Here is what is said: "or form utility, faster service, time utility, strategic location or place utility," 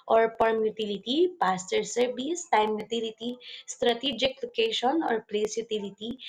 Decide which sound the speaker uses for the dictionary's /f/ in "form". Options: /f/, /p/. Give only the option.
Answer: /p/